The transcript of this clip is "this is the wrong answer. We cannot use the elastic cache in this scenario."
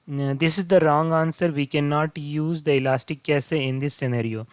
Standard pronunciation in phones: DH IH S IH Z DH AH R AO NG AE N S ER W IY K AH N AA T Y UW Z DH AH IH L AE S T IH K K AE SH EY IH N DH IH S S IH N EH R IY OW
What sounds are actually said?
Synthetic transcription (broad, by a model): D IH S IH Z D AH R AO NG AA N S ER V IY K AH N AA T Y UW Z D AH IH L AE S T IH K K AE S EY IH N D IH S S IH N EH R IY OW